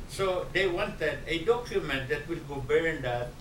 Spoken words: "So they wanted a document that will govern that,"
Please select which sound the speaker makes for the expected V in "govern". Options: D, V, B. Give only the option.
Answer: B